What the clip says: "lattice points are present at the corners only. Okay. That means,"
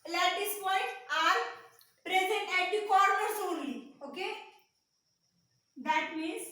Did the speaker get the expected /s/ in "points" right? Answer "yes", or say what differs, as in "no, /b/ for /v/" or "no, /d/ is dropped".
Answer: no, /s/ is dropped